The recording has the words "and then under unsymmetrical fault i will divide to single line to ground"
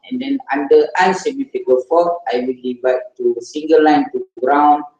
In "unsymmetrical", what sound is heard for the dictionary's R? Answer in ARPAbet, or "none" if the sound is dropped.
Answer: none